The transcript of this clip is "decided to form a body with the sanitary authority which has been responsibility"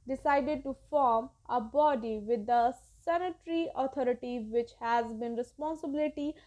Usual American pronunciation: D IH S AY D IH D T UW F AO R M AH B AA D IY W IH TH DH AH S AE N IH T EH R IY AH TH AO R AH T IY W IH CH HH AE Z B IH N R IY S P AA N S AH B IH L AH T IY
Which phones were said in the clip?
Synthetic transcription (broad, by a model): D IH S AY D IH D T UW F AO R M AH B AA D IY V IH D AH S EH N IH T R IY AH T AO R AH T IY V IH CH HH AE Z B IH N R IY S P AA N S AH B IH L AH T IY